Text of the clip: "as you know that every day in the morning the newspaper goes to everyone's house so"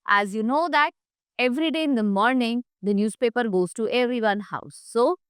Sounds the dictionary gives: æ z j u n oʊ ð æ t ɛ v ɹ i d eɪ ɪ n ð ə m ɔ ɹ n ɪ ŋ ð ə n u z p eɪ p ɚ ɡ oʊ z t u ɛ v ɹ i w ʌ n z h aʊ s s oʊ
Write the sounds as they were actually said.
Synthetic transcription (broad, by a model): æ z j u n oʊ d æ t ɛ v ɹ i d eɪ ɪ n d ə m ɔ ɹ n ɪ ŋ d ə n u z p eɪ p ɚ ɡ oʊ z t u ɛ v ɹ i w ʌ n h aʊ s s oʊ